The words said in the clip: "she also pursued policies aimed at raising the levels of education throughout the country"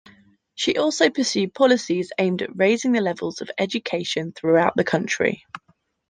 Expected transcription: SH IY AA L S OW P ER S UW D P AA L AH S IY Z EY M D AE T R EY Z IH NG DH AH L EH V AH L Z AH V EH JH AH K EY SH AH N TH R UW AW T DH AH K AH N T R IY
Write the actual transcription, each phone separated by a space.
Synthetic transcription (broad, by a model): SH IY AA L S OW P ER S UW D P AA L AH S IY Z EY M D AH T R EY Z IH NG DH AH L EH V AH L Z AH V EH JH AH K EY SH AH N TH R UW AW T DH AH K AH N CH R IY